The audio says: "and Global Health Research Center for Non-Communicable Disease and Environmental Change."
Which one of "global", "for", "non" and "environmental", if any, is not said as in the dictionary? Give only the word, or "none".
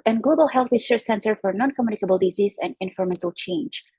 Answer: environmental